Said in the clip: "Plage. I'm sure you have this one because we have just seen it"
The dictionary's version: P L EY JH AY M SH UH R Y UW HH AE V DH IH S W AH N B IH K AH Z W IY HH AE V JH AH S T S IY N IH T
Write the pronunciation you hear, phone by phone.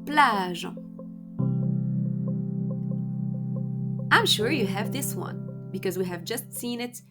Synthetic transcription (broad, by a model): P L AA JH AY M SH UH R Y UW HH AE V DH IH S W AH N B IH K AH Z W IY HH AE V JH AH S T S IY N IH T